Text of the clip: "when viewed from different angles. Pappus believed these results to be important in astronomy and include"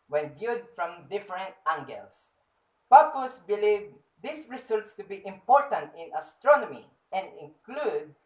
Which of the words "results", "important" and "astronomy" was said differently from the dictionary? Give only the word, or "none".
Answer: results